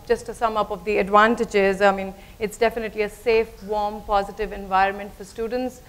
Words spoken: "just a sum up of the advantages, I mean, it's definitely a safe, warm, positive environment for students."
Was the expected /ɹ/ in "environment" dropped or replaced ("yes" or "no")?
no